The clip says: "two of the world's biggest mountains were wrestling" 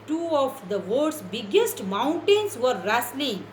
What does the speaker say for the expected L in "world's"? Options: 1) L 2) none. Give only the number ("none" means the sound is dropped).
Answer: 2